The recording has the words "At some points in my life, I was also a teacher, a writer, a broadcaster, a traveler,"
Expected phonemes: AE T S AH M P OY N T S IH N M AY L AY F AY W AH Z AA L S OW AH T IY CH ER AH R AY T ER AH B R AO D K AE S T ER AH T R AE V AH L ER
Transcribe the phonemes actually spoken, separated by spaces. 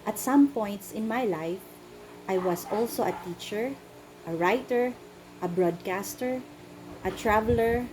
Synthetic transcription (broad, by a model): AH T S AH M P OY N T S IH N M AY L AY F AY W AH S AA L S OW AH T IY CH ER AH R AY T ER AH B R AO D K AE S T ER AH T R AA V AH L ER